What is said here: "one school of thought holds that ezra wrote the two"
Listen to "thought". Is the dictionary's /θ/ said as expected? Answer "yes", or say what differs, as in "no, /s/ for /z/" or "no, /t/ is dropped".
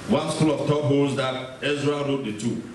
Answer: no, /t/ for /θ/